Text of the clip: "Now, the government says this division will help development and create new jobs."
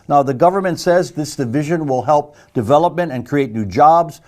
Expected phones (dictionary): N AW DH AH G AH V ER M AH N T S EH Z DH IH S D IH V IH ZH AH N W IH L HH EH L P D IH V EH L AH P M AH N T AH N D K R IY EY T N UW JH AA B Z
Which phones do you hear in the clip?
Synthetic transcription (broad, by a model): N AW DH AH G AH V ER M AH N T S EH Z DH IH S D IH V IH ZH AH N W IH L HH EH L P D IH V EH L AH P M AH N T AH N K R IY EY T N UW JH AA B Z